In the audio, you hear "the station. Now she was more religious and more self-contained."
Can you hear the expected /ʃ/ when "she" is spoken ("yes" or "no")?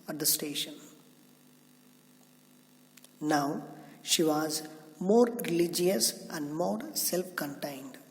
yes